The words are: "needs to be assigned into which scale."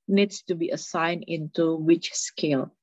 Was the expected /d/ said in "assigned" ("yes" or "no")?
no